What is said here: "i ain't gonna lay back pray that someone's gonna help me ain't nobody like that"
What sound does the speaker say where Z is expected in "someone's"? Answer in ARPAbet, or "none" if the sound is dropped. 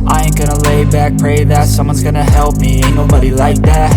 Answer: Z